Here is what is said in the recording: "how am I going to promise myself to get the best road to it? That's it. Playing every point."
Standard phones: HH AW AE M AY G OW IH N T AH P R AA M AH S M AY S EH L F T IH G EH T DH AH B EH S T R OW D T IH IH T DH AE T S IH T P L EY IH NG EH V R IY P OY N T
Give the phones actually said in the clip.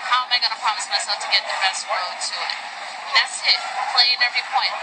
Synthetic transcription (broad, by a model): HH AW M AY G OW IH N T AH P R AA M AH S M AY S EH L F T IH G EH T DH AH B EH S T W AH D T IH IH T DH AE T S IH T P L EY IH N EH V R IY P OY N